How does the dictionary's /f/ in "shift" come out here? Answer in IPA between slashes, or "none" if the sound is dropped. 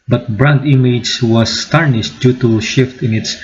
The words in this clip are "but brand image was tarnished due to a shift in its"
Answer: /f/